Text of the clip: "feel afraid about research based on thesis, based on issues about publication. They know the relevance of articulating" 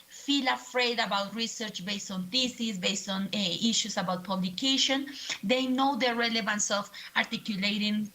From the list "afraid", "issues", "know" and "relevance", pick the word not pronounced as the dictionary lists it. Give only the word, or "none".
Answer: issues